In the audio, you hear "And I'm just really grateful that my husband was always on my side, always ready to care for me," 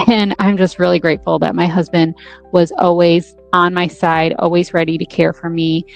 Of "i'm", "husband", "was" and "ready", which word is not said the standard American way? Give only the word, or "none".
none